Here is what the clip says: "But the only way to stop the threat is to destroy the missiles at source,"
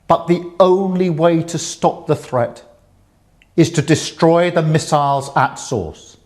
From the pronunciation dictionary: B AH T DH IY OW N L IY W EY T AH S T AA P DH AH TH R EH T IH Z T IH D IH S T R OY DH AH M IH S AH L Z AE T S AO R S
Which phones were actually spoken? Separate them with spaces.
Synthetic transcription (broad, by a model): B AH T DH IY OW N L IY W EY T AH S T AA P DH AH TH R EH T IH Z T IH D IH S T R OY DH AH M IH S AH L Z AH T S AO R S